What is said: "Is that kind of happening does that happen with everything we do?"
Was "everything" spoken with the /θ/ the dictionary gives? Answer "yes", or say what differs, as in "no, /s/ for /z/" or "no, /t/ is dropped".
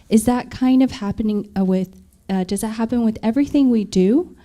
yes